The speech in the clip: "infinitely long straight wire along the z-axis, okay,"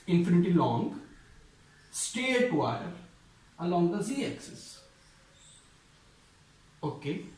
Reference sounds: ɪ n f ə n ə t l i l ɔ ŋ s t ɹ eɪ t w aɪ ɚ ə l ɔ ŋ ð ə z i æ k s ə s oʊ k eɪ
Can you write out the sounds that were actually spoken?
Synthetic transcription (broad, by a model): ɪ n f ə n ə t i l ɔ ŋ s t eɪ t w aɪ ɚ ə l ɔ ŋ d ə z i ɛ k s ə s oʊ k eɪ